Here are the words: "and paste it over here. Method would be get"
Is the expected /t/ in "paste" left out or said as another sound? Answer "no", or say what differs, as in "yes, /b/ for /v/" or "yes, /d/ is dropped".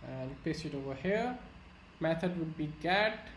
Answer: yes, /t/ is dropped